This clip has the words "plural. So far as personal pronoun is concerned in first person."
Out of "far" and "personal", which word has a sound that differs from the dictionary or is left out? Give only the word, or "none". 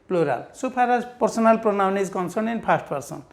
far